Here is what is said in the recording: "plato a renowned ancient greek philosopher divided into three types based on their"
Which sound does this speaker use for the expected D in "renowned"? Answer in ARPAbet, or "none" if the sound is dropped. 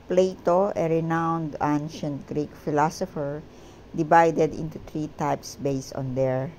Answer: D